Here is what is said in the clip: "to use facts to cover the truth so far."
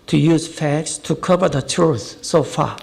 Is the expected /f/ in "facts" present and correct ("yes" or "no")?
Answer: yes